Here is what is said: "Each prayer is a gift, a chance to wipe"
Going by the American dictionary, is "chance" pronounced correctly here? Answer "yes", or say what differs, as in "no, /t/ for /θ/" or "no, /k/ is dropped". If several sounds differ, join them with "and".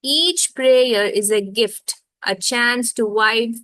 yes